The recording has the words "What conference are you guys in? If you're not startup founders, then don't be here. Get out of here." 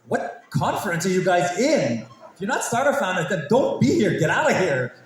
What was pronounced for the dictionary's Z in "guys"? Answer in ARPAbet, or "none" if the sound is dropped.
Z